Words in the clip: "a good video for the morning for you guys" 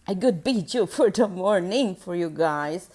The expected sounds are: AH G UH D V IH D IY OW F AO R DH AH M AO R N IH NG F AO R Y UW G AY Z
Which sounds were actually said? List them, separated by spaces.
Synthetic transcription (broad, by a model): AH G UH D B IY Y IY F AO R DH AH M AO R N IH NG F AO R Y UW G AY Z